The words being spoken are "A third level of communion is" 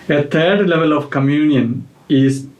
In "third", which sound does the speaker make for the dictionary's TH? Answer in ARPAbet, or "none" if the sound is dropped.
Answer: T